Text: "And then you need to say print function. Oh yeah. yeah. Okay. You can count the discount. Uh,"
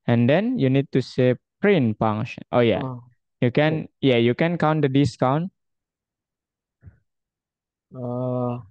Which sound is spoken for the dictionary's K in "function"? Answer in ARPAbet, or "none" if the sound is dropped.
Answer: none